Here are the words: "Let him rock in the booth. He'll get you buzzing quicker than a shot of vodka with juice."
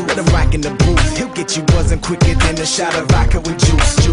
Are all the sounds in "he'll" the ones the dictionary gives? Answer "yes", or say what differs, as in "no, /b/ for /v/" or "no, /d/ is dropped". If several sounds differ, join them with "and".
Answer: yes